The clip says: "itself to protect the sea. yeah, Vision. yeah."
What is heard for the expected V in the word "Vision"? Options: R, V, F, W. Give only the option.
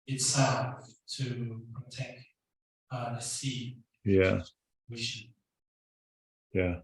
W